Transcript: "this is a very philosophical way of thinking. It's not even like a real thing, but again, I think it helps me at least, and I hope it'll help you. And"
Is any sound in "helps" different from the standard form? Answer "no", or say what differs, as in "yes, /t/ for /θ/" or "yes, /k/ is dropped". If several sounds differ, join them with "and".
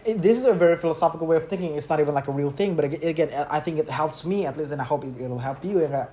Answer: no